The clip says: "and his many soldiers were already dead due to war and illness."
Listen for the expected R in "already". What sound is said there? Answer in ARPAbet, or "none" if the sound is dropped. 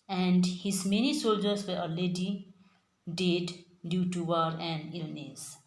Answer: none